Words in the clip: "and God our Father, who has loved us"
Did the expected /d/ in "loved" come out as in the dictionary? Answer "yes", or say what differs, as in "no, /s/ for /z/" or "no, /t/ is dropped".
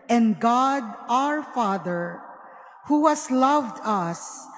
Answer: yes